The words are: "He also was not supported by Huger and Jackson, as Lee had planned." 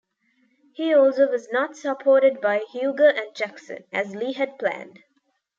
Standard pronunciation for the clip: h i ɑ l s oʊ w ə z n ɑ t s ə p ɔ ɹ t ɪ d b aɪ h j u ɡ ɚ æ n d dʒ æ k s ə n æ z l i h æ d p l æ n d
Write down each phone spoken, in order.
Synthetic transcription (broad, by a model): h i ɑ l s oʊ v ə z n ɑ t s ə p ɔ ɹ t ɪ d b aɪ h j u ɡ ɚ æ n d dʒ æ k s ə n æ z l i h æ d p l æ n d